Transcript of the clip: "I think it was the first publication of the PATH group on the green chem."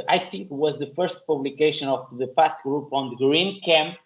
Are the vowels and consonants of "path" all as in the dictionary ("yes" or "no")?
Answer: no